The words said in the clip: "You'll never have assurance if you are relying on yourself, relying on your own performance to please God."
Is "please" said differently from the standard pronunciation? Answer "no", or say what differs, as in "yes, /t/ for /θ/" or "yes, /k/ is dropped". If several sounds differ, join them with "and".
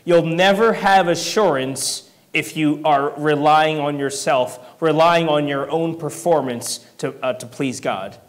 no